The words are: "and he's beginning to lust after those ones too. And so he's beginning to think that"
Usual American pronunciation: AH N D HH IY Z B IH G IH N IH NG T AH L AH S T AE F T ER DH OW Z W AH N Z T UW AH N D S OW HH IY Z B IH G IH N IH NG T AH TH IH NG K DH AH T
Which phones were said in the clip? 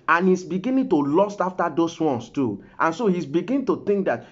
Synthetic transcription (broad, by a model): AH N HH IY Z B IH G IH N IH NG T AH L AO S T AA F T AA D OW S W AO N S T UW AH N S OW HH IY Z B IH G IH N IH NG T AH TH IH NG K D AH T